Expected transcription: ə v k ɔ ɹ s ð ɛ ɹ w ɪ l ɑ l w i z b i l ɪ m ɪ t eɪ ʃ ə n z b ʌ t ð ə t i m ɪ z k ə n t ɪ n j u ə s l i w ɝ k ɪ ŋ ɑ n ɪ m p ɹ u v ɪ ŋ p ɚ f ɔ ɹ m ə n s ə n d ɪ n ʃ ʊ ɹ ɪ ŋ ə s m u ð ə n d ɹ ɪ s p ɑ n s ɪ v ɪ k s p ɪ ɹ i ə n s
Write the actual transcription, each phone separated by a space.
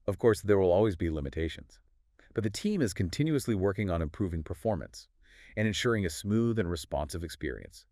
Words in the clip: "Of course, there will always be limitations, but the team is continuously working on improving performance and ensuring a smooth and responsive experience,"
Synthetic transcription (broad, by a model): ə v k ɔ ɹ s ð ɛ ɹ w ɪ l ɑ l w i z b i l ɪ m ɪ t eɪ ʃ ə n z b ʌ t ð ə t i m ɪ z k ə n t ɪ n j u ə s l i w ɝ k ɪ ŋ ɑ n ɪ m p ɹ u v ɪ ŋ p ɚ f ɔ ɹ m ə n s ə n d ɪ n ʃ ʊ ɹ ɪ ŋ ə s m u ð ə n ɹ ɪ s p ɑ n s ɪ v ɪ k s p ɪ ɹ i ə n s